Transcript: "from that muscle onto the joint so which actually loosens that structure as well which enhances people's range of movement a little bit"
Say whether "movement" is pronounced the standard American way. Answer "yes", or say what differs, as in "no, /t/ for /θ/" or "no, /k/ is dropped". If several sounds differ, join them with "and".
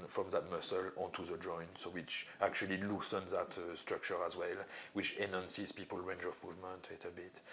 yes